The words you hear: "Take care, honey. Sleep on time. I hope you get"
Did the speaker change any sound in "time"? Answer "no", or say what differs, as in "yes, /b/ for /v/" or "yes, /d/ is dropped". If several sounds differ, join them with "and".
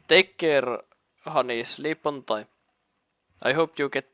yes, /m/ is dropped